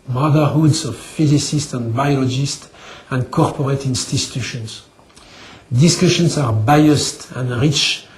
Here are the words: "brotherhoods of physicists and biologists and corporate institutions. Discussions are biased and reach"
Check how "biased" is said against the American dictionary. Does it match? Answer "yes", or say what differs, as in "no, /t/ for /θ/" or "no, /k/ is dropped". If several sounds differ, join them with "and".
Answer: yes